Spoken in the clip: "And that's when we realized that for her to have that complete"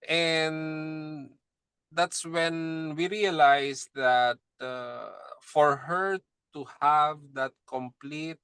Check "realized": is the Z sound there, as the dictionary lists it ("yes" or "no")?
no